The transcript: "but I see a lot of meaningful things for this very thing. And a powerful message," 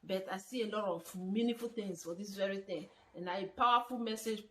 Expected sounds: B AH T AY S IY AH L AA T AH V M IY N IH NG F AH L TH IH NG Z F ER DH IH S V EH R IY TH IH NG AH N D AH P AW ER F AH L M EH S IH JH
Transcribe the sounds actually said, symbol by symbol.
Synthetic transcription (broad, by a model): B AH T AY S IY AH L AA T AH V M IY N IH F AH L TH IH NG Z F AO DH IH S V EH R IY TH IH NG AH N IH AH P AW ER F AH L M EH S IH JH